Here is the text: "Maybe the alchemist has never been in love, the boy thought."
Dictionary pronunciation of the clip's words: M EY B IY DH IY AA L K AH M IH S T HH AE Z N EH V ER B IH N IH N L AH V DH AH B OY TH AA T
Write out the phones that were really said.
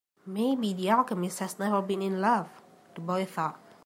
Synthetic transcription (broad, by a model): M EY B IY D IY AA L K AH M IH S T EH S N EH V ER B IH N IH N L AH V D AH B OY TH AA T